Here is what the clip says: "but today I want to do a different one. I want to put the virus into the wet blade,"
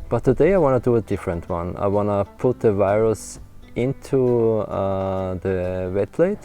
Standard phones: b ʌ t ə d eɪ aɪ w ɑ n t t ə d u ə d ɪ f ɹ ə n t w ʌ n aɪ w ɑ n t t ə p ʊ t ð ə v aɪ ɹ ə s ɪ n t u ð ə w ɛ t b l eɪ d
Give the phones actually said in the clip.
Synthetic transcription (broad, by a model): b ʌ t ə d eɪ aɪ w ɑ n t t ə d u ə d ɪ f ɹ ə n t w ʌ n aɪ w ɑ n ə p ʊ t ð ə v aɪ ɹ ə s ɪ n t u ð ə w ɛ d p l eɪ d